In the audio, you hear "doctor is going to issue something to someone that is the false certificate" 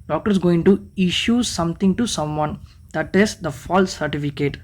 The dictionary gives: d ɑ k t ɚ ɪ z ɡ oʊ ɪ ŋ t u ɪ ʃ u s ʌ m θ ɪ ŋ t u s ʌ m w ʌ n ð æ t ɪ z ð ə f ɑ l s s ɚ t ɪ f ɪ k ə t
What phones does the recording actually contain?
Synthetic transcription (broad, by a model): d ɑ k t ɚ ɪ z ɡ oʊ ɪ ŋ t u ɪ ʃ u s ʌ m t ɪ ŋ t u s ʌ m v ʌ n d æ t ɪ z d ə f ɑ l s s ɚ t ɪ f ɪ k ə t